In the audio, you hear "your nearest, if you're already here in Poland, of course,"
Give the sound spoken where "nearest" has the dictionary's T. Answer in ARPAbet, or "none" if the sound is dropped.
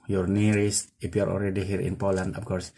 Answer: none